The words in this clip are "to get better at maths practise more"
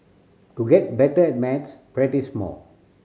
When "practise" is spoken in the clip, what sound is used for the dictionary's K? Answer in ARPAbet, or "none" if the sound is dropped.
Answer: none